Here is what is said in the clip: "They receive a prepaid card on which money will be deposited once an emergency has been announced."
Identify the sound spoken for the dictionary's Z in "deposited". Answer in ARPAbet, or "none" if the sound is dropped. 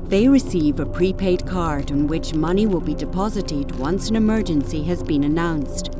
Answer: Z